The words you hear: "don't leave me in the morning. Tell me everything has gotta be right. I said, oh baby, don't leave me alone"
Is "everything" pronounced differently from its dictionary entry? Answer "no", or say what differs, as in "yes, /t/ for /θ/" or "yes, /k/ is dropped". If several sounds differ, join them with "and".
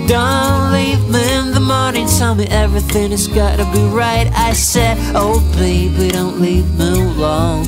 no